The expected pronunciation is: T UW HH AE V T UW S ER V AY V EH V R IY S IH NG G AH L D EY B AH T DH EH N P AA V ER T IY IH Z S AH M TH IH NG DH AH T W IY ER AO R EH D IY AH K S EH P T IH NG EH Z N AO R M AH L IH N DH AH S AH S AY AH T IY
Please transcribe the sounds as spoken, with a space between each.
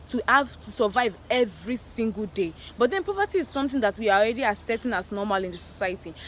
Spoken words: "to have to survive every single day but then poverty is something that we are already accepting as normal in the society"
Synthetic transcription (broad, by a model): T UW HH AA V T UW S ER V AY V EH V R IY S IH NG G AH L D EY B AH T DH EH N P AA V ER T IY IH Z S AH M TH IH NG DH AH T W IY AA AO R EH D IY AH S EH T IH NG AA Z N AO M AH L IH N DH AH S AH S AY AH T IY